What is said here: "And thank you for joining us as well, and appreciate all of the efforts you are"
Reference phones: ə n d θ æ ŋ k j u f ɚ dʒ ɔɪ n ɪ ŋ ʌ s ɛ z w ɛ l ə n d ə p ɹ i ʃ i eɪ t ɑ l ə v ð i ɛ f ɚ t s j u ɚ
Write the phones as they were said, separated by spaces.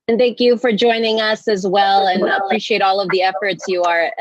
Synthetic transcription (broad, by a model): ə n θ æ ŋ k j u f ɚ dʒ ɔɪ n ɪ ŋ ʌ s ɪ z w ɛ l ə n ə p ɹ i ʃ i eɪ t ɑ l ə v ð i ɛ f ɚ t s j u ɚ